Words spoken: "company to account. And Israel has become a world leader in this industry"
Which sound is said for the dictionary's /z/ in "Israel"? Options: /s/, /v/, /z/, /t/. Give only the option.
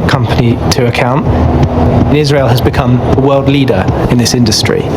/z/